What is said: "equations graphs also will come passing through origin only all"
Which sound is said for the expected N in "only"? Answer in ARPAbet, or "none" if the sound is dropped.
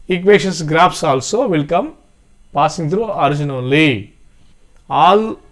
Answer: none